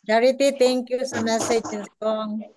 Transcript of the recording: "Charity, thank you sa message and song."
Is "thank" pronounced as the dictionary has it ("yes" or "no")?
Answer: no